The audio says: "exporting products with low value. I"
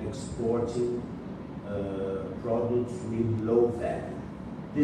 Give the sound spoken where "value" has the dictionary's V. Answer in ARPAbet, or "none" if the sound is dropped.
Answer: F